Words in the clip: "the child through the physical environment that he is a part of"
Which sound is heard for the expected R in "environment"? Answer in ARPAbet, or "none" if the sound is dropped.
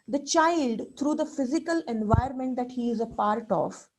none